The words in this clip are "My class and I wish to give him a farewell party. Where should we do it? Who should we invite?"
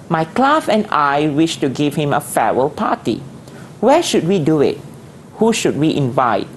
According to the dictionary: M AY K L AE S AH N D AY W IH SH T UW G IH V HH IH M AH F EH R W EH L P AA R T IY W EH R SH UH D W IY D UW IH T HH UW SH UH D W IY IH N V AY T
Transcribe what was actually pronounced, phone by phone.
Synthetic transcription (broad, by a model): M AY K L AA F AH N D AY W IH SH T UW G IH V HH IH M AH F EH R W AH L P AA T IY W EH SH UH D W IY D UW IH T HH UW SH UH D W IY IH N V AY T